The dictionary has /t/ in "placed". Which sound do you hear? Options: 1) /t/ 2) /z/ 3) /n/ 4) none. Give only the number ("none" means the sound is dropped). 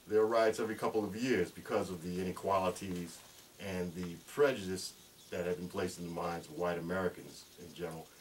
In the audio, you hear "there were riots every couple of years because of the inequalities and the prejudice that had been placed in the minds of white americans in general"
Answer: 1